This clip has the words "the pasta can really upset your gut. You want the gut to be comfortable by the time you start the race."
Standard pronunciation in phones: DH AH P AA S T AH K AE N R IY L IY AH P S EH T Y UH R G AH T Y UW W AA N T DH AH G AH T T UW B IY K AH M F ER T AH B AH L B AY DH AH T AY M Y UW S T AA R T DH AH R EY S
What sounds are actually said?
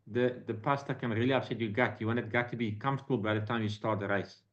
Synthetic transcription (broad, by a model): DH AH P AA S T AH K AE N R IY L IY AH S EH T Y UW G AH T Y UW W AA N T G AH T T UW B IY K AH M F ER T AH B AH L B AY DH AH T AY M Y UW S T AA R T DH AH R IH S